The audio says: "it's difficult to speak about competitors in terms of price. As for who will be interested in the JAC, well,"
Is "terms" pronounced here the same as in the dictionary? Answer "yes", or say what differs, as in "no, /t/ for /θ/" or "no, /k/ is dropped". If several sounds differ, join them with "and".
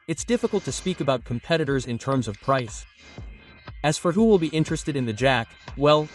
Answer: yes